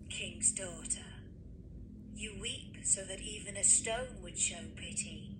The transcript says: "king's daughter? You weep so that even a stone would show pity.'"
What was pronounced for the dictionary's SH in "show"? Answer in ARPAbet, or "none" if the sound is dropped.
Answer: SH